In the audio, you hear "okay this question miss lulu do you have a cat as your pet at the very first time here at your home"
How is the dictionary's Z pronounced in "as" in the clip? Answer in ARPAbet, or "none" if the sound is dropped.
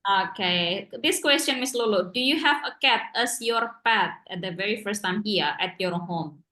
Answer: S